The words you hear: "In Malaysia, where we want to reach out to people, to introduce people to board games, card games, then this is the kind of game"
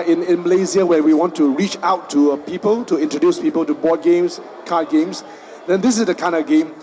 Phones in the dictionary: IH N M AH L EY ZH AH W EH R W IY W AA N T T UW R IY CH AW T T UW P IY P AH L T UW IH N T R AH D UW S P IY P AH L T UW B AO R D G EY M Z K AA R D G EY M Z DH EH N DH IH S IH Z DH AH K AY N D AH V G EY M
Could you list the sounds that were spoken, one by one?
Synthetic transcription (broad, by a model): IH N M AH L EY Z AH W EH W IY W AA N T T UW R IY CH AW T T UW P IY P AH L T UW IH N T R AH D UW S P IY P AH L T UW B AO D G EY M S K AA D G EY M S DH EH N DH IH S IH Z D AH K AY N D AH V G EY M